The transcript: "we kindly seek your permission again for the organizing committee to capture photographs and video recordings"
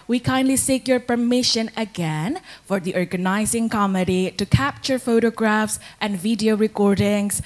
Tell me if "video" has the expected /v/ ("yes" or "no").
yes